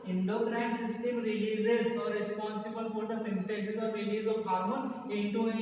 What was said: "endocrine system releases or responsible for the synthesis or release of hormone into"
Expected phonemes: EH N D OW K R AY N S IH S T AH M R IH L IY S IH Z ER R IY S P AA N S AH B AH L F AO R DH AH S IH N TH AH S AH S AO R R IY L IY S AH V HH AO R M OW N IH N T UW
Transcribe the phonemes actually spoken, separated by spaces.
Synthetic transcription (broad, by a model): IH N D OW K R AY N S IH S T AH M R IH L IY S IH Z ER R IY S P AA N S AH B AH L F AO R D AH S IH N T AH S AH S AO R R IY L IY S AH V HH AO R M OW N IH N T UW